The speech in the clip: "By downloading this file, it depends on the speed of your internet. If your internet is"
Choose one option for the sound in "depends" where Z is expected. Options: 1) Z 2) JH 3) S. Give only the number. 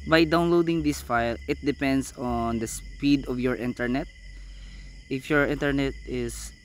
3